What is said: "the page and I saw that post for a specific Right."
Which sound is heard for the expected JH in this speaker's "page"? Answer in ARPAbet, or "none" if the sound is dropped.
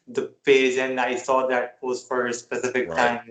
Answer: Z